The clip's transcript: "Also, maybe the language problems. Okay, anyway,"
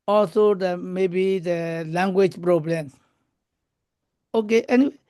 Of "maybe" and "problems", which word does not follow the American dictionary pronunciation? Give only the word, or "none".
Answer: problems